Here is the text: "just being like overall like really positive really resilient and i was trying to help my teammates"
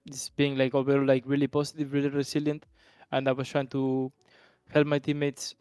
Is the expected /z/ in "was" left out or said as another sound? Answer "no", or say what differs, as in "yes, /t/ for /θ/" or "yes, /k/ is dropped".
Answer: yes, /s/ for /z/